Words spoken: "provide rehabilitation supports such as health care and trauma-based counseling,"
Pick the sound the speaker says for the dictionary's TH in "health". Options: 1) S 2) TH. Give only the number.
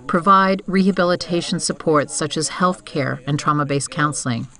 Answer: 2